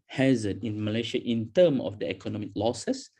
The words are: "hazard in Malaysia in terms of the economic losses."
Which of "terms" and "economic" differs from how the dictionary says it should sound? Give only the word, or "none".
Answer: terms